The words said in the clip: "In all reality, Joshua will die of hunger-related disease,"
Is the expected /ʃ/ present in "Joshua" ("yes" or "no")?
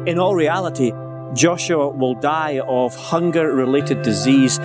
yes